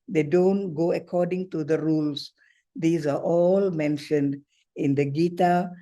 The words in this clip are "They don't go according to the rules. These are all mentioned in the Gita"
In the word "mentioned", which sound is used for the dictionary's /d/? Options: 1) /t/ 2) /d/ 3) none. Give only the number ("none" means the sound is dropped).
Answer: 2